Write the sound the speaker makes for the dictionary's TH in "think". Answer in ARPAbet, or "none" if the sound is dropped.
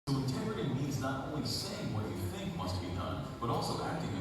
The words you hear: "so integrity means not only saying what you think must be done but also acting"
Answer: TH